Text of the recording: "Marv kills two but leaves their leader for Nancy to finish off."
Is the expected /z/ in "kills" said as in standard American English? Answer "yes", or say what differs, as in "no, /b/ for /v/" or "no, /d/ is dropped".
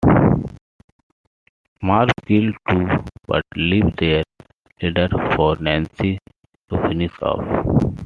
no, /z/ is dropped